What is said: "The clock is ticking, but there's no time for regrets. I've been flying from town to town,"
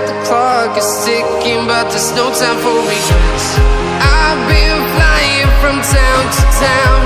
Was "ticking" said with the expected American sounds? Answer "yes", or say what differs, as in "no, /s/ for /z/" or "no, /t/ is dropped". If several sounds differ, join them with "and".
no, /s/ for /t/